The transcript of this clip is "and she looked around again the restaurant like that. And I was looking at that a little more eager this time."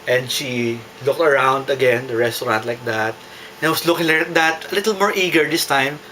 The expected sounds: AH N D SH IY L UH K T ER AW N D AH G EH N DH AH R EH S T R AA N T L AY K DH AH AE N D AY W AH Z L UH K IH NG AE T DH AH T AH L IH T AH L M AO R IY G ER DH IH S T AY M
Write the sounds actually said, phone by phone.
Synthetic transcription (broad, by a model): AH N D SH IY L UH K T ER AW N D AH G EH N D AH R EH S T R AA N T L AY K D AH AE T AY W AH S L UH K IH NG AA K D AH T AH L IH T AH L M AO R IY G ER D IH S T AY M